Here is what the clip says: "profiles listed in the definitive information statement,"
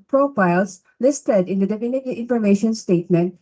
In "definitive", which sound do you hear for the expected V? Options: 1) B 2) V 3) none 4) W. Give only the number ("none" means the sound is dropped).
3